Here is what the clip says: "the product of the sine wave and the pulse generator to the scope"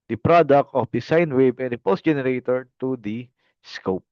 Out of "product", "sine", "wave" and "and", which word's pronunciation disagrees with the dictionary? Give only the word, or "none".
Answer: wave